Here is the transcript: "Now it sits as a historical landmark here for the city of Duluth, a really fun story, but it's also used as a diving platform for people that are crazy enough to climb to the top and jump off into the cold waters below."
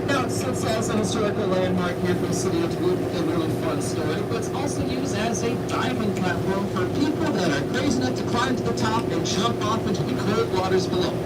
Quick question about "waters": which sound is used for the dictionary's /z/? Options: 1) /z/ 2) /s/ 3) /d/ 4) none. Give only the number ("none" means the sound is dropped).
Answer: 1